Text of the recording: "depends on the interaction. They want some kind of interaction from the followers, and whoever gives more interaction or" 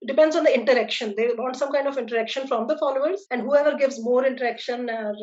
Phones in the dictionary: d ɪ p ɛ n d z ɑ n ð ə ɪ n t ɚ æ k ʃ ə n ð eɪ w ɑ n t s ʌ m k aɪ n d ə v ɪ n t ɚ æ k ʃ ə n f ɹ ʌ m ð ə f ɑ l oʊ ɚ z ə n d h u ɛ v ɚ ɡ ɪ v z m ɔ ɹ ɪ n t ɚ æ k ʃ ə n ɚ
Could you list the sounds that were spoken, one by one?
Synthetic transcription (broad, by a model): d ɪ p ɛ n d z ɑ n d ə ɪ n t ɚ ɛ k ʃ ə n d eɪ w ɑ n t s ʌ m k aɪ n d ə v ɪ n t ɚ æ k ʃ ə n f ɹ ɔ m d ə f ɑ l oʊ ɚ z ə n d h u ɛ v ɚ ɡ ɪ v z m ɔ ɹ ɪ n t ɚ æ k ʃ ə n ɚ